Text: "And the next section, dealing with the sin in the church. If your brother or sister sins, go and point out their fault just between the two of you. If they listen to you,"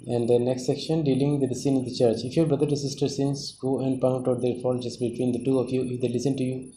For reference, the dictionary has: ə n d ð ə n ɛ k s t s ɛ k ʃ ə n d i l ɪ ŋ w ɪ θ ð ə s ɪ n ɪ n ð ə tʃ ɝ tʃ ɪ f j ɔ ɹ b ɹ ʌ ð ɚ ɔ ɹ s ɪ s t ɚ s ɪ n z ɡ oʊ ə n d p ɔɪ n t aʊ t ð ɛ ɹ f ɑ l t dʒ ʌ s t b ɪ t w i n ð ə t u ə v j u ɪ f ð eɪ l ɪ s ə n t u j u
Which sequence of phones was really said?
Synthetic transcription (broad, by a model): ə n d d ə n ɛ k s t s ɛ k ʃ ə n d i l ɪ ŋ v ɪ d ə s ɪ ɪ n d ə tʃ ɝ tʃ ɪ f j ɔ ɹ b ɹ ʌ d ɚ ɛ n s ɪ s t ɚ s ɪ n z ɡ oʊ ə n d p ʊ n t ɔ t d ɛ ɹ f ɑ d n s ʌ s b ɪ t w i n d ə t u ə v j u ɪ f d eɪ l ɪ s ə n t u j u